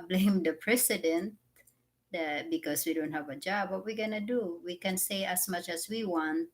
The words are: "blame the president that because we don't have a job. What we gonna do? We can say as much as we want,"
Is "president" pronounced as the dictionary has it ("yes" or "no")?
no